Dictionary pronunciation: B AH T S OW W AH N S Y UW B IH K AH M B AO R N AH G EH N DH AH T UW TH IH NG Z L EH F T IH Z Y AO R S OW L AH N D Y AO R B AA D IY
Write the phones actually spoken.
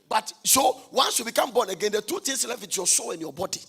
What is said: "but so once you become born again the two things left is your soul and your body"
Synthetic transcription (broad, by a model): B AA T S OW W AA N S Y UW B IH K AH M B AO N AH G EH N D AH T UW T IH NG S L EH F IH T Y AO S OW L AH N Y AO B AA D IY